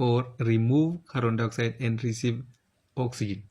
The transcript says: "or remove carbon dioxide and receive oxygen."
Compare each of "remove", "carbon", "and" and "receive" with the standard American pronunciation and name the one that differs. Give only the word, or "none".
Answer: carbon